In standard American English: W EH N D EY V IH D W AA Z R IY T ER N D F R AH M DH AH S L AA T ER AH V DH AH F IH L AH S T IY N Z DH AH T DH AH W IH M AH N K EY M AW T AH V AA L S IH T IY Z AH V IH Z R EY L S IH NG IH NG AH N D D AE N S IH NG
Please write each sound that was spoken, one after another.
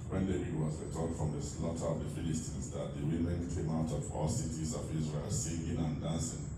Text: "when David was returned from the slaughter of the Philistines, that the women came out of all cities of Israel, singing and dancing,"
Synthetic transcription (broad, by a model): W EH N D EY IH W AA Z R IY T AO D F R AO M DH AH S L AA T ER AH V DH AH F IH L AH S T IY N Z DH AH T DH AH W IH M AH N K EY M AW T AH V AA L S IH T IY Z AH V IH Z R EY L S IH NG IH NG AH N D D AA N S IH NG